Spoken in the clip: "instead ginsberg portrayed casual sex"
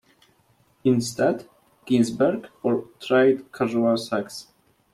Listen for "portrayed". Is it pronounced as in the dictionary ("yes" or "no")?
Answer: no